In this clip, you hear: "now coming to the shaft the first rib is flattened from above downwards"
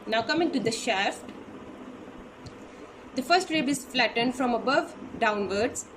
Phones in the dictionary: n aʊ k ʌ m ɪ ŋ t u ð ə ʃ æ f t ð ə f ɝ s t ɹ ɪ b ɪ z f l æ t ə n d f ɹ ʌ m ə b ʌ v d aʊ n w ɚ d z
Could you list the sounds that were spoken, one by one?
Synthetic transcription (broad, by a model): n aʊ k ʌ m ɪ ŋ t u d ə ʃ æ f t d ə f ɝ s t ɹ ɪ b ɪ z f l æ t ə n d f ɹ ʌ m ə b ʌ v d aʊ n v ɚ d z